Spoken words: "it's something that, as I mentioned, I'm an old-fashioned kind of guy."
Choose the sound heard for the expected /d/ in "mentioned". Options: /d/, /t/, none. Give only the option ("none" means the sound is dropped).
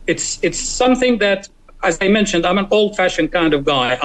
/d/